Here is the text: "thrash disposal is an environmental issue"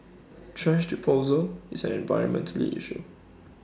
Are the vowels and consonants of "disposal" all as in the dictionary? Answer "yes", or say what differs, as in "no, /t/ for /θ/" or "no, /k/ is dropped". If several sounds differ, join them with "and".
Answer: no, /s/ is dropped